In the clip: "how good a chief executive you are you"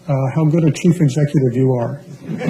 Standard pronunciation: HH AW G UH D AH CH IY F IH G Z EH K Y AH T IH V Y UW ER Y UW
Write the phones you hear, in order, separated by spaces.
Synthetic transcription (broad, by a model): HH AW G UH D AH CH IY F IH G Z EH K Y AH T IH V Y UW ER